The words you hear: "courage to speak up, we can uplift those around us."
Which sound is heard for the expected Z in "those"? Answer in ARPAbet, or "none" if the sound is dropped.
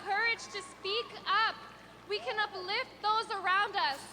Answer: Z